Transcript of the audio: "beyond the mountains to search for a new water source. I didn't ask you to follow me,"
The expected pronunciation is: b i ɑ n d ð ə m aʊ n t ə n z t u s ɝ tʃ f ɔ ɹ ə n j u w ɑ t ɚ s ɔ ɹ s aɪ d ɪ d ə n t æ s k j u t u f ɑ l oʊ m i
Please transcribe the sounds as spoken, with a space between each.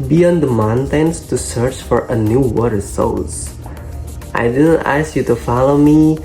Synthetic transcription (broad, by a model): b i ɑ n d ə m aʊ n t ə n s t u s ɝ tʃ f ɔ ɹ ə n j u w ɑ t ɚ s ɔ l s aɪ d ɪ d ə n t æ s k j u t u f ɑ l oʊ m i